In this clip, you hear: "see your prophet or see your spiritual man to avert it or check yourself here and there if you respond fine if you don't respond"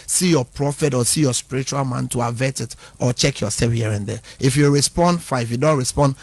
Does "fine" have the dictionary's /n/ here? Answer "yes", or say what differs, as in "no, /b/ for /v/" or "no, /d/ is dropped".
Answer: no, /n/ is dropped